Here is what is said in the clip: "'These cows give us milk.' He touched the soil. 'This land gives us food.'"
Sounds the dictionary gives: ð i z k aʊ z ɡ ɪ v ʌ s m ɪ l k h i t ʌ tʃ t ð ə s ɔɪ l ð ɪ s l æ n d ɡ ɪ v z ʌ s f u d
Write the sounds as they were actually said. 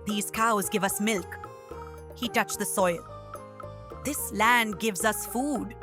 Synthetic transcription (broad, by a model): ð i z k aʊ z ɡ ɪ v ʌ s m ɪ l k h i t ʌ tʃ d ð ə s ɔɪ l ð ɪ s l æ n d ɡ ɪ v z ʌ s f u d